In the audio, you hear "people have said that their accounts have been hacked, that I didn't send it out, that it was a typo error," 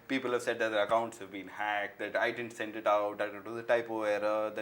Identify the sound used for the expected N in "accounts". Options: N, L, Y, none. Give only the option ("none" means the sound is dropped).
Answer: N